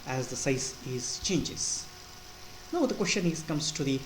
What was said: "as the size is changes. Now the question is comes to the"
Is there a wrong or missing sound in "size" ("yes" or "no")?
yes